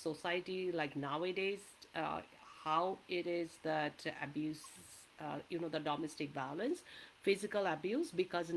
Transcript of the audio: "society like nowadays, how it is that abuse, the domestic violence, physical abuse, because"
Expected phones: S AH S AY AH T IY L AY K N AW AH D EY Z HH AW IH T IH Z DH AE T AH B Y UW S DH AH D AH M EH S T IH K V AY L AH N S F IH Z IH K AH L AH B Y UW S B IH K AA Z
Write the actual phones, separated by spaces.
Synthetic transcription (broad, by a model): S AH S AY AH T IY L AY K N AW AH D EY Z HH AW IH T IH Z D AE T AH B Y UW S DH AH D AH M EH S T IH K B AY L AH N S F IH Z IH K AH L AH B Y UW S B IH K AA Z